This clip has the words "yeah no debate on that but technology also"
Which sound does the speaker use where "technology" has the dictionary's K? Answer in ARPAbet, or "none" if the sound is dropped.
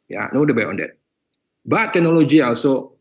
none